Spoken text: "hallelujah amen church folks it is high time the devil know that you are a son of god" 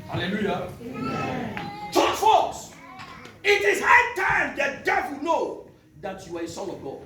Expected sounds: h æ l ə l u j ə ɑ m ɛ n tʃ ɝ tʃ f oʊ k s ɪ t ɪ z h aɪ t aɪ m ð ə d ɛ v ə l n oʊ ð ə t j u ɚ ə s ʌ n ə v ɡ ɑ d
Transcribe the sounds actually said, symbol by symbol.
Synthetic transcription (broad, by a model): h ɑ l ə l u j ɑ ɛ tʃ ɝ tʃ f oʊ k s ɪ t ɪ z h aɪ t aɪ m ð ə d ɛ v ə l n oʊ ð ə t j u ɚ ə s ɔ l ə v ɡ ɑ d